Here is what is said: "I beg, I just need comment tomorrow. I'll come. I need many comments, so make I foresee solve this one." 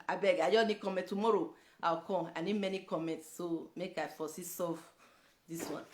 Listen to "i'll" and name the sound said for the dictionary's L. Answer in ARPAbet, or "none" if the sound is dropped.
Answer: W